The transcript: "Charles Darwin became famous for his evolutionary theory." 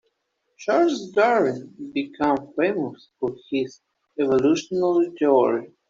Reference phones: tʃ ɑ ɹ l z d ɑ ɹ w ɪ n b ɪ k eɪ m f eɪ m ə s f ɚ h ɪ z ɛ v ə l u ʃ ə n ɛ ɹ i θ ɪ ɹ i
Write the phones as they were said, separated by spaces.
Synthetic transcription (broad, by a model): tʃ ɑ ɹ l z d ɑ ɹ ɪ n b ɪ k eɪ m f eɪ m ə s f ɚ h ɪ z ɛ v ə l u ʃ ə n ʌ l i t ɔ ɹ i